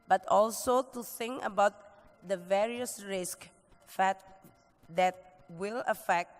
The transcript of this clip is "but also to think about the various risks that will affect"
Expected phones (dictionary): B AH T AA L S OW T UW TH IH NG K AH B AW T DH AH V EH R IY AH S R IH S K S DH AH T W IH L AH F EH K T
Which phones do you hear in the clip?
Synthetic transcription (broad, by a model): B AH T AA L S OW T UW TH IH NG K AH B AW T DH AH V EH R IY AH S R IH S K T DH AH T W IH L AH F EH K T